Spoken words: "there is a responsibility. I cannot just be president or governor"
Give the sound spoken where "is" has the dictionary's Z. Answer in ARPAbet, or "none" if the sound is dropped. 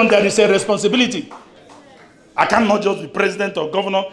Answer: S